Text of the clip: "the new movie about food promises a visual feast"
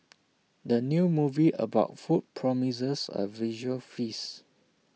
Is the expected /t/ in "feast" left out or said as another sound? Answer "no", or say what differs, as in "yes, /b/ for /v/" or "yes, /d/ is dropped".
yes, /t/ is dropped